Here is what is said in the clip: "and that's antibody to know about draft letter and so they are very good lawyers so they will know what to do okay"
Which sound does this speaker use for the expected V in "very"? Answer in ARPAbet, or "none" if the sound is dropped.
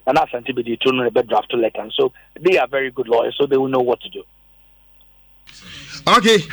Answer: V